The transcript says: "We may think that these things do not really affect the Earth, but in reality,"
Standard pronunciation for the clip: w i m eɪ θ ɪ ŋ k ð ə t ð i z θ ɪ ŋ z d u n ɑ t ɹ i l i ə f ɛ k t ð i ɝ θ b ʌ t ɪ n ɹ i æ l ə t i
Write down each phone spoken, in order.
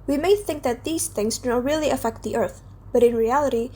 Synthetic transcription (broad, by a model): w i m eɪ θ ɪ ŋ k ð ə t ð i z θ ɪ ŋ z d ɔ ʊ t ɹ i l i ə f ɛ k t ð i ɝ θ b ʌ t ɪ n ɹ i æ l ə t i